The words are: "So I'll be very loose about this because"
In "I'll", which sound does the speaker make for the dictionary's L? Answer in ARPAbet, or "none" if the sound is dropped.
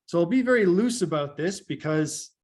L